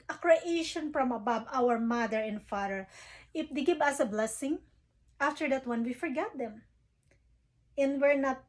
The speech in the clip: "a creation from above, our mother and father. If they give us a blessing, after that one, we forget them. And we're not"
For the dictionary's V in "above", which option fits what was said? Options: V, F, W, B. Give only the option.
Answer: B